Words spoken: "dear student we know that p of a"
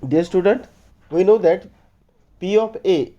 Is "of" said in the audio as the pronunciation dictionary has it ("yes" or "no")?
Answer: no